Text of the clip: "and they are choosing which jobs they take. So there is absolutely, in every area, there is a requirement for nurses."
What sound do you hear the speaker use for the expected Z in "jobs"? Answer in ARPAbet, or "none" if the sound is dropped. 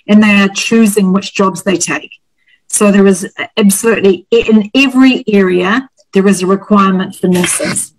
Z